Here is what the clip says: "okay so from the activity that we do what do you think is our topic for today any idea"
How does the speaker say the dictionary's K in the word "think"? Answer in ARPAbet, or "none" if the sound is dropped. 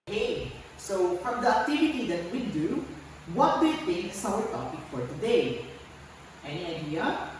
none